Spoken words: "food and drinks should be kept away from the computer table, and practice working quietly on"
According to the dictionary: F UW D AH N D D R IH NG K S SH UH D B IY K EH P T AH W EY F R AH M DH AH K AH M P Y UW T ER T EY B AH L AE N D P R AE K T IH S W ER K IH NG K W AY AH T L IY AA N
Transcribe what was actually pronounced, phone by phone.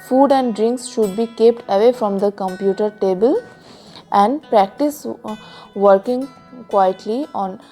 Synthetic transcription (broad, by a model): F UW D AH N D D R IH NG K S SH UH D B IY K EH P T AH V EY F R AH M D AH K AH M P Y UW T ER T EY B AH L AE N D P R AE K T IH S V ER K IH NG K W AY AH T L IY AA N